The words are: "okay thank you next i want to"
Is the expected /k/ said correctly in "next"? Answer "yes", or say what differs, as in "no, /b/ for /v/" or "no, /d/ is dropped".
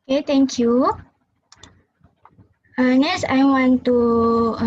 no, /k/ is dropped